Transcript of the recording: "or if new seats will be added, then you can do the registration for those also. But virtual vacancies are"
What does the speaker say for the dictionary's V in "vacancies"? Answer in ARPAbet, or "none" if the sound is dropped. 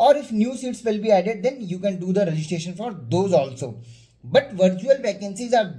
P